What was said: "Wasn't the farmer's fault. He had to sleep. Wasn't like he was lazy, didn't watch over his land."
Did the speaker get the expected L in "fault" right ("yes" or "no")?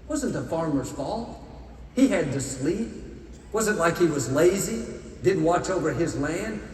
yes